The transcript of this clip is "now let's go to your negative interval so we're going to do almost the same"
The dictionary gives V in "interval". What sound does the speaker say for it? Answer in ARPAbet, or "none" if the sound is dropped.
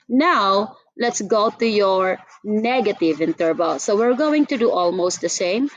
B